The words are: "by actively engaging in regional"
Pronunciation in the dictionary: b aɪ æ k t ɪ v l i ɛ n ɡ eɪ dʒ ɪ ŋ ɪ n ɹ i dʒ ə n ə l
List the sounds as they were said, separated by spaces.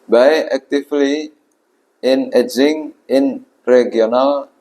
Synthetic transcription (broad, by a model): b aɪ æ k t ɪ f l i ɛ n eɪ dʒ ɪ ŋ ɪ n ɹ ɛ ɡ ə n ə l